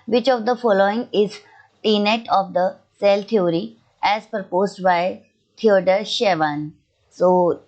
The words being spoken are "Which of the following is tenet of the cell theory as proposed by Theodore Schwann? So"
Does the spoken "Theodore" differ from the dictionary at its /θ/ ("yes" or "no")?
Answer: yes